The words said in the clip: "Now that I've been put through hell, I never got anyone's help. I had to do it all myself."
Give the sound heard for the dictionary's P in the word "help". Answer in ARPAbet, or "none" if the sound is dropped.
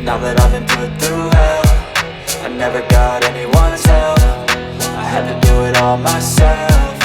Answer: F